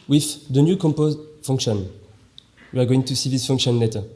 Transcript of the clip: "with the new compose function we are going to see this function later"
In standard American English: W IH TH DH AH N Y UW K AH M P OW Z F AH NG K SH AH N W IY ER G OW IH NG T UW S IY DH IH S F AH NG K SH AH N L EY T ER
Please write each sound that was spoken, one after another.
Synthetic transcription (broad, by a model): W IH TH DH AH N Y UW K AH M P OW Z F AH NG K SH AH N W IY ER G OW IH NG T UW S IY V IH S F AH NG K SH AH N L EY T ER